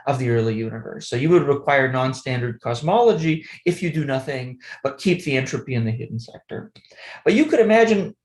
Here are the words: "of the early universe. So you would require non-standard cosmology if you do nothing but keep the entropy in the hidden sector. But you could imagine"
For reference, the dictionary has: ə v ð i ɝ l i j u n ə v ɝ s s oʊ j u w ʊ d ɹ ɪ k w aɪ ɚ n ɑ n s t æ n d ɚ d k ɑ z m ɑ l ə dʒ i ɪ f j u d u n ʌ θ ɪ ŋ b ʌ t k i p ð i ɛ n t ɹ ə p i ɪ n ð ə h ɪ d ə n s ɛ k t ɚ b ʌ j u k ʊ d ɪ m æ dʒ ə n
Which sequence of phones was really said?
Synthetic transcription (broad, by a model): ə v ð i ɝ l i j u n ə v ɝ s s oʊ j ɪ w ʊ d ɹ ɪ k w aɪ ɚ n ɑ n s t æ n d ɚ d k ɑ z m ɑ l ə dʒ i ɪ f j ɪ d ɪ n ʌ θ ɪ ŋ b ʌ t k i p ð i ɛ n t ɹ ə p i ɪ n ð ə h ɪ d n s ɛ k t ɚ b ʌ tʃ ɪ k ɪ d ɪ m æ dʒ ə n